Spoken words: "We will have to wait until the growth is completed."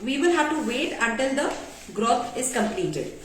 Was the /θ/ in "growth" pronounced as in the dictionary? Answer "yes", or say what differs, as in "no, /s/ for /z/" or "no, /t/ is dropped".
no, /t/ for /θ/